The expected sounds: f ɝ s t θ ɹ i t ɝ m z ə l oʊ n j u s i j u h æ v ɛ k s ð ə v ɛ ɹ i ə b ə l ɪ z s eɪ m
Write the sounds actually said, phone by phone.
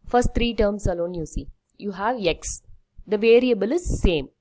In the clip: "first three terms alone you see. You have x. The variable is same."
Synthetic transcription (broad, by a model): f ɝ s t t ɹ i t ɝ m s ə l oʊ n j u s i j u h æ v ɛ k s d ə v ɛ ɹ i ə b ə l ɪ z s eɪ m